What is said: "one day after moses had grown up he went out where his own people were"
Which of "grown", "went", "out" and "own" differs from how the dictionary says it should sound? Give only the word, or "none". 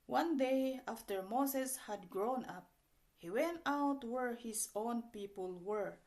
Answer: none